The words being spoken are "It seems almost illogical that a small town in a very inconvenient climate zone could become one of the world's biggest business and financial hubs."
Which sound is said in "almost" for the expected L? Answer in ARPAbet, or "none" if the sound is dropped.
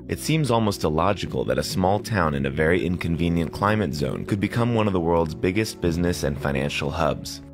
L